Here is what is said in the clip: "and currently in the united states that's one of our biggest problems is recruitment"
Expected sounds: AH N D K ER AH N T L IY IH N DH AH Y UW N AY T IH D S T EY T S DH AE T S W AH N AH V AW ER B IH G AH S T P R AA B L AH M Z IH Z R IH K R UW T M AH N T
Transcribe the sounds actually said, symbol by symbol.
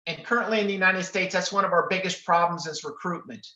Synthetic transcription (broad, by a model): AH N K ER AH N T L IY IH N DH AH Y UW N AY T IH D S T EY T S DH AE T S W AH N AH V AW ER B IH G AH S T P R AA B L AH M Z IH Z R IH K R UW T M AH N T